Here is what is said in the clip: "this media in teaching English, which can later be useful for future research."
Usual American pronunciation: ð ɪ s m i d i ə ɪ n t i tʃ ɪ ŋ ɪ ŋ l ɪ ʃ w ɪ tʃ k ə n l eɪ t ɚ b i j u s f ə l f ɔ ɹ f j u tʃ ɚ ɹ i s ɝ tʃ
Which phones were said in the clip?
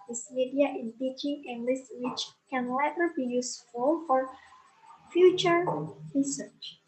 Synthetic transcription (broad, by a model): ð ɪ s m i d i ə ɪ n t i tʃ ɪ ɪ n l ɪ s w ɪ tʃ k ə n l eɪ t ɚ b i j u s f ə l f ɔ ɹ f j u tʃ ɚ ɹ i s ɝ tʃ